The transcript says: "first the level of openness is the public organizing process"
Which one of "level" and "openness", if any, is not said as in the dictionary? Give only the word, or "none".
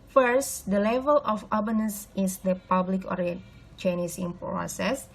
openness